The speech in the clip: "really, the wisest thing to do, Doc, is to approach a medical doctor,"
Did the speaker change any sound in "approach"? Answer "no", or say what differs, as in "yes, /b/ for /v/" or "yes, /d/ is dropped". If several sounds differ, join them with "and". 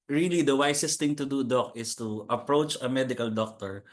no